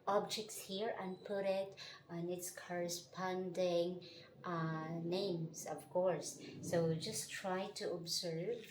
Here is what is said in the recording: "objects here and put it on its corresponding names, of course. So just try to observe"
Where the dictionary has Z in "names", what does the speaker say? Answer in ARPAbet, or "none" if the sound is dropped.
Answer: S